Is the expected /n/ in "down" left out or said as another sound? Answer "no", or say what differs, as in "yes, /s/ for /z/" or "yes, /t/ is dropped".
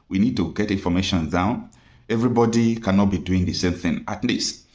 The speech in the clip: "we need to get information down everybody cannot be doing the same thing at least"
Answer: no